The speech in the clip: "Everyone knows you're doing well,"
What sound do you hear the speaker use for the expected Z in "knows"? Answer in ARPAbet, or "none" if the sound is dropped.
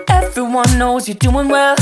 Z